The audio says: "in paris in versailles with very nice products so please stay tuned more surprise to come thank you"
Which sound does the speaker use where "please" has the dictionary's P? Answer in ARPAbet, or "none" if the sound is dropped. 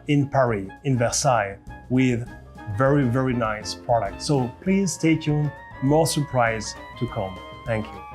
P